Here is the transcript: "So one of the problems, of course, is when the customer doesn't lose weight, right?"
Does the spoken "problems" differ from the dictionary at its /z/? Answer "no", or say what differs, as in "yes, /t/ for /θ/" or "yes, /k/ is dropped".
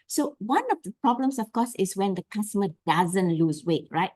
yes, /s/ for /z/